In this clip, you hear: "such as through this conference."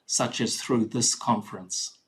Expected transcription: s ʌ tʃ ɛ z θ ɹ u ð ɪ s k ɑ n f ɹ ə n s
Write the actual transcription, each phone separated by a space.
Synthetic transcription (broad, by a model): s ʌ tʃ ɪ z θ ɹ u ð ɪ s k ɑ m f ɹ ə n s